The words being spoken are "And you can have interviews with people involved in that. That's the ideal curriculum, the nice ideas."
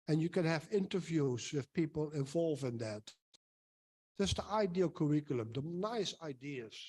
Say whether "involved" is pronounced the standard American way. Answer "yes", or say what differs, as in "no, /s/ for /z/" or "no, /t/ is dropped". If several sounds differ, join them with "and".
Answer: no, /d/ is dropped